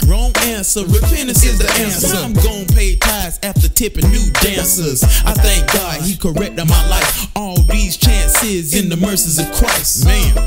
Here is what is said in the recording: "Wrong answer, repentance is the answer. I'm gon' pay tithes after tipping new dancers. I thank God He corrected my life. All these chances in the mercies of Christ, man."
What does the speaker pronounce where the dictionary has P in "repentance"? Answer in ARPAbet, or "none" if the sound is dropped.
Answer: F